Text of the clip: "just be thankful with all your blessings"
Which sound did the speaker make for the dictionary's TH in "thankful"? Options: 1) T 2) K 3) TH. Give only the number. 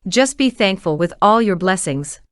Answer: 3